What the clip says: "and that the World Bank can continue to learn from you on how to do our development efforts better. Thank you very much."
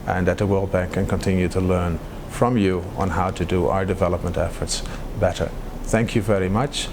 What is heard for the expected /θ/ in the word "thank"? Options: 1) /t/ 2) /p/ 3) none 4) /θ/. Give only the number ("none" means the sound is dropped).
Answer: 4